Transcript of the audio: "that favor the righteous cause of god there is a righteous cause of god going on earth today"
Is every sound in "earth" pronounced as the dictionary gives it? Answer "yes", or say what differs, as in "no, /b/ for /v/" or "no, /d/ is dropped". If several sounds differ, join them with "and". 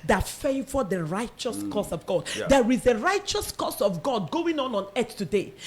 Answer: no, /s/ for /θ/